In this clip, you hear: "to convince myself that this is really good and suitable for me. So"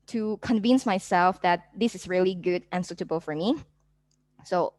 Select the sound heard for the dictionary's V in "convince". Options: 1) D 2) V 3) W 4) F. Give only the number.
2